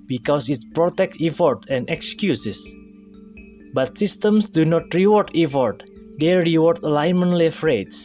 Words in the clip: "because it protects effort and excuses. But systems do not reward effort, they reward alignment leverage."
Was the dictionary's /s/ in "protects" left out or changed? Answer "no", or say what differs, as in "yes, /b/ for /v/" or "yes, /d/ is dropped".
yes, /s/ is dropped